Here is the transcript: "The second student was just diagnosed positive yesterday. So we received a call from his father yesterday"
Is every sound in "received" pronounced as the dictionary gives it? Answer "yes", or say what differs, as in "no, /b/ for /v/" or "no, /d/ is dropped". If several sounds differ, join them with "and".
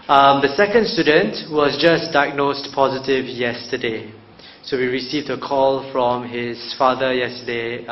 yes